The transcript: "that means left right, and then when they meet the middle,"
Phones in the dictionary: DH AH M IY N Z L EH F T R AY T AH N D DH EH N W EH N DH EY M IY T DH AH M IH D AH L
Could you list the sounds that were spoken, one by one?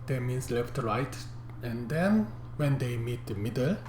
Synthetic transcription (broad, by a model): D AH M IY N S L EH F T R AY T AH N D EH N W EH N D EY M IY T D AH M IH D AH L